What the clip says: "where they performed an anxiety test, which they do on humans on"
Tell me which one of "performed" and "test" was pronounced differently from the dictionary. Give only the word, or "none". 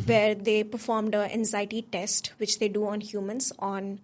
none